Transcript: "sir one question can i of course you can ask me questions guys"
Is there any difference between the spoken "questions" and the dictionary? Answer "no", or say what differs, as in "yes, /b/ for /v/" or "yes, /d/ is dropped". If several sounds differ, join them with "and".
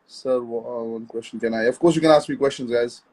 no